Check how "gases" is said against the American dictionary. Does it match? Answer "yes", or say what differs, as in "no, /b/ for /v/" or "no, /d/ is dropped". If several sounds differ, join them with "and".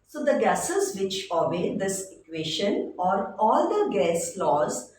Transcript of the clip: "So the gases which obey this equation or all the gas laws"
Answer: yes